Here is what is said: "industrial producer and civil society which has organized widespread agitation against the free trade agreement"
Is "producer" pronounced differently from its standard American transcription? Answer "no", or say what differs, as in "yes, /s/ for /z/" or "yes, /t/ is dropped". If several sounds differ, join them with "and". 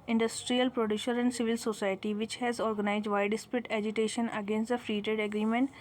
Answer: yes, /ʃ/ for /s/